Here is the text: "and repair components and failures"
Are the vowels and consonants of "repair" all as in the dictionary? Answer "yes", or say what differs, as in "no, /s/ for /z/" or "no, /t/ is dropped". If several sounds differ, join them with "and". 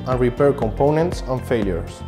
yes